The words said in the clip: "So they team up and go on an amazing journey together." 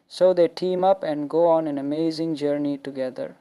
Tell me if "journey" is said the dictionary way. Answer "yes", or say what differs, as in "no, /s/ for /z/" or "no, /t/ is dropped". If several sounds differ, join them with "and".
yes